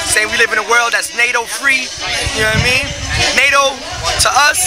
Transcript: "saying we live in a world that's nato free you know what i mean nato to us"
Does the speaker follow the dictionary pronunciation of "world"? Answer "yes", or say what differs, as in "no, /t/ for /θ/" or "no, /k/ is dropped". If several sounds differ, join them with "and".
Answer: yes